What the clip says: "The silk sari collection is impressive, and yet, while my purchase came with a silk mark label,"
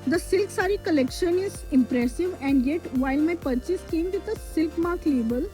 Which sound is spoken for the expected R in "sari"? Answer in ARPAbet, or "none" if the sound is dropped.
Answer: R